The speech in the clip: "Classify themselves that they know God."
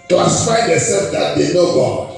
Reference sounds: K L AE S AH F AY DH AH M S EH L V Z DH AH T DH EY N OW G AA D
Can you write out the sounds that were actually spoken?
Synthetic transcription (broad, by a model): K L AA S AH F AY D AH S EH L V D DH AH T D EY N OW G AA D